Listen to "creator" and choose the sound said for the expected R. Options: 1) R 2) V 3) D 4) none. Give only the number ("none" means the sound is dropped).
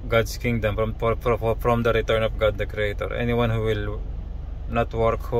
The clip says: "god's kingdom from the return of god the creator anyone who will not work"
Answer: 1